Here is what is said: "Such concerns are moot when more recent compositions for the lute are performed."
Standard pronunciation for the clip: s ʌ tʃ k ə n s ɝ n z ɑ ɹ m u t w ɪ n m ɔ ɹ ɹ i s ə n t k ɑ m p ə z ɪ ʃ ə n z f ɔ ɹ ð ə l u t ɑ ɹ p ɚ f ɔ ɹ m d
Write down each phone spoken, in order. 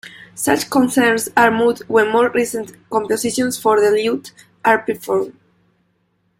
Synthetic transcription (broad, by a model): s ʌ tʃ k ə n s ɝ n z ɑ ɹ m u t w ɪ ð m ɔ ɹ ɹ i s ə n t k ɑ m p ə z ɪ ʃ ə n s f ɔ ɹ ð ə l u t ɑ ɹ p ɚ f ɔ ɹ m